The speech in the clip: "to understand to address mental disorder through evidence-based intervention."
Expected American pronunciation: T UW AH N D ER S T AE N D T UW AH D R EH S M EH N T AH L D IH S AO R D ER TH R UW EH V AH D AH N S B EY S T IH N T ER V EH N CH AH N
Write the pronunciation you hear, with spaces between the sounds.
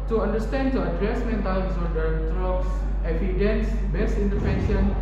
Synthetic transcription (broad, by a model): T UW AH N D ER S T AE N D T UW AH D R EH S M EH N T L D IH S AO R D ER T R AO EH F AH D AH N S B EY S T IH N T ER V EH N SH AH N